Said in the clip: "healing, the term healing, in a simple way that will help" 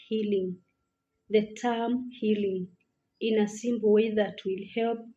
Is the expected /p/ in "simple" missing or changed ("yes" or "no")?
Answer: yes